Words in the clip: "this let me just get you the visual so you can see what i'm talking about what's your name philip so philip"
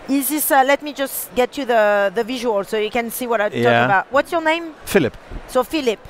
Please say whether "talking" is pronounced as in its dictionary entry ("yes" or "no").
no